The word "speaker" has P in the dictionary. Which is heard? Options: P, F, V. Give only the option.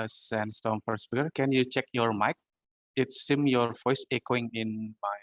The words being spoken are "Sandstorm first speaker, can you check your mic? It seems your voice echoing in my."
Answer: F